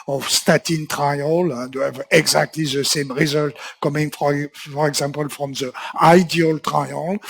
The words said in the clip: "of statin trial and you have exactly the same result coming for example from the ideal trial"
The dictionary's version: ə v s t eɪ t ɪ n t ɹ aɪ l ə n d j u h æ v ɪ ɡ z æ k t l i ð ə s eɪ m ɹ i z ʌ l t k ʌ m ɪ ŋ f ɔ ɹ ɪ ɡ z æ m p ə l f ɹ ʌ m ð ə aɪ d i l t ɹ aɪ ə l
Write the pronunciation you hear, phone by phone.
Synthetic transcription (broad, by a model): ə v s t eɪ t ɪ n t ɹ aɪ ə l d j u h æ v ɪ ɡ z æ k t l i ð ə s eɪ m ɹ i z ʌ l t k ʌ m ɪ ŋ f ɔ ɹ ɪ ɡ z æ m p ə l f ɹ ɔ m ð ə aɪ d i l t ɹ aɪ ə l